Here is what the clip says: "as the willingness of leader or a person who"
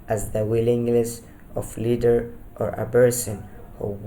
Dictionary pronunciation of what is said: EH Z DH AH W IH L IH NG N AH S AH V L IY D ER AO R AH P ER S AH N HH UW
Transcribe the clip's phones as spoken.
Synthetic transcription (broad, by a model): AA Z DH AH W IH L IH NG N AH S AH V L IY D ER AO R AH B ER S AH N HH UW